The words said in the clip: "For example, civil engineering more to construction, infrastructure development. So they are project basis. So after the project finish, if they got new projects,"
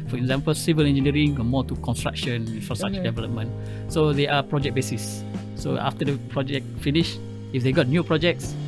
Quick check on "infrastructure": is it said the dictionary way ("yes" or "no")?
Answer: no